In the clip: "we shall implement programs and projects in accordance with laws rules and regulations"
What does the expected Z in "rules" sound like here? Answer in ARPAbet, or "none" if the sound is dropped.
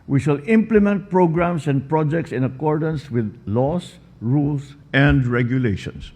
S